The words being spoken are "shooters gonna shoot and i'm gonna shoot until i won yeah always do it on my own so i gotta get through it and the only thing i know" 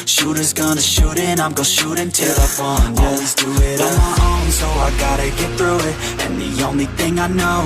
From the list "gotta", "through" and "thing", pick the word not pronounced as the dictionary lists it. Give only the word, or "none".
none